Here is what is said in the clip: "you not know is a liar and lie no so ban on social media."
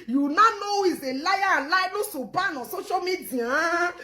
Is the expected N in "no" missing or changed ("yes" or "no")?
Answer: yes